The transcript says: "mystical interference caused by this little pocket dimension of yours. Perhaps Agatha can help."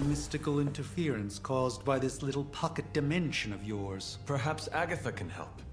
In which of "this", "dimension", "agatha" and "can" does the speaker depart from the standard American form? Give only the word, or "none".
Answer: none